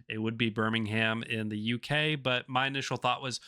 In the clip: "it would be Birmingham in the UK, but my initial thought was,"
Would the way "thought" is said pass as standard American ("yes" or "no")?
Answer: yes